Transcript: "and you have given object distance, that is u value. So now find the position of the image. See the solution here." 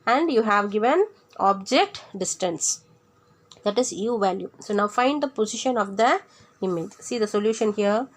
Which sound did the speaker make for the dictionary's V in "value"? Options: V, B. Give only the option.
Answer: V